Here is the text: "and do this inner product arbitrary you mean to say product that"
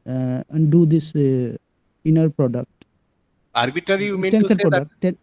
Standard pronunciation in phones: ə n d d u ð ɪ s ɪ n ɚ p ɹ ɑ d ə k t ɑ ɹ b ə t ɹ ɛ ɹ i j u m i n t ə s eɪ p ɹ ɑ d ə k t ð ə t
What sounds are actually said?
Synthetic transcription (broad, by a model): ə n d d u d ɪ s ɪ n ɚ p ɹ ɑ d ə k t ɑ ɹ b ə t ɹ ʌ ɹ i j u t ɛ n s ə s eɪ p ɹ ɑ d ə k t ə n